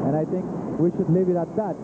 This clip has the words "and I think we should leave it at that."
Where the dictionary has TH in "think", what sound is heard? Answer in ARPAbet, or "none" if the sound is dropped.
T